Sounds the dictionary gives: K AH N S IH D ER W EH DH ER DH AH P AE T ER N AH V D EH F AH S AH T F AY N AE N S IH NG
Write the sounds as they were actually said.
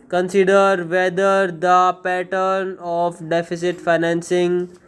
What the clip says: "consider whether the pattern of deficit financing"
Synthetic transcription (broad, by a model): K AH N S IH D ER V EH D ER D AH P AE T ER N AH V D EH F AH S AH T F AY N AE N S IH NG